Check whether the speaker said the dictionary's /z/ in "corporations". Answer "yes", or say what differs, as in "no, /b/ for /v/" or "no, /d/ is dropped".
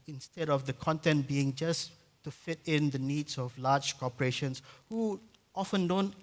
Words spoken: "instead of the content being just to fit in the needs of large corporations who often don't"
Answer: no, /s/ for /z/